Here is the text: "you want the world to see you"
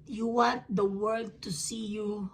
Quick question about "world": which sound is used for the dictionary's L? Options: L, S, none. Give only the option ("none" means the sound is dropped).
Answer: none